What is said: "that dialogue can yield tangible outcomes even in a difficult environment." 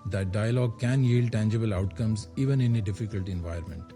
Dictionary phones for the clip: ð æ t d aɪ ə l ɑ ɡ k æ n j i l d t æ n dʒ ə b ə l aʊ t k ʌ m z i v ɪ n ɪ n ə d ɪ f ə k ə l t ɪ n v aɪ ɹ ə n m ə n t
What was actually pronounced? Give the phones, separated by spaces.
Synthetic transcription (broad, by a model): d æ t d aɪ ə l ɑ ɡ k æ n j i l d t æ n dʒ ə b ə l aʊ t k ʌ m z i v ɪ n ɪ n ə d ɪ f ə k ə l t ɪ n v aɪ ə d m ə n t